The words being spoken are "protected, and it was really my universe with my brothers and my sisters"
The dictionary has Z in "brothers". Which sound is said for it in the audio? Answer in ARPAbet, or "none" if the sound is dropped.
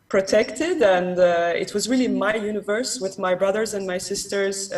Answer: Z